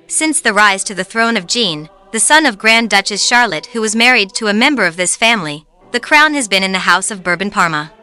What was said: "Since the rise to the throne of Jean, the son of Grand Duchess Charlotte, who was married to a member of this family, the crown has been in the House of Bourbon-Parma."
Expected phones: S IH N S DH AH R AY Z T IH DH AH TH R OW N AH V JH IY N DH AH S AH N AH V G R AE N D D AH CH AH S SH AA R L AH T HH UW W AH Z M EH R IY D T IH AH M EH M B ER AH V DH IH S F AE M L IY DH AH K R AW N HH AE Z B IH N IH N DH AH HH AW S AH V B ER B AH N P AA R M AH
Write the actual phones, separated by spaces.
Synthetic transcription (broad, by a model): S IH N S DH AH R AY Z T IH DH AH TH R OW N AH V JH IY N DH AH S AH N AH V G R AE N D D AH CH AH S SH AA R L AH T HH UW W AH Z M EH R IY D T IH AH M EH M B ER AH V DH IH S F AE M L IY DH AH K R AW N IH Z B IH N IH N DH AH HH AW S AH V B ER B N P AA R M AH